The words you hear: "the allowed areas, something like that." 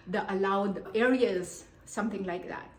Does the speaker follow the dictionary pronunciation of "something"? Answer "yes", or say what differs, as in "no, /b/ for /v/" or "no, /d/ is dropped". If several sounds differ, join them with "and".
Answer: no, /t/ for /θ/